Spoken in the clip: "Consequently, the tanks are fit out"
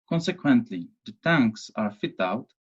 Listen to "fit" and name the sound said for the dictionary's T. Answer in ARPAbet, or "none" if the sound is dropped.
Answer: T